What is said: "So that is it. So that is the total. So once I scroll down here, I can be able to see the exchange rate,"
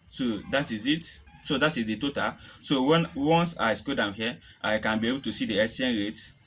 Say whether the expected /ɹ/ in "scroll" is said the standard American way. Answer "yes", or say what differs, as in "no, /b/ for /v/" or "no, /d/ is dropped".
no, /ɹ/ is dropped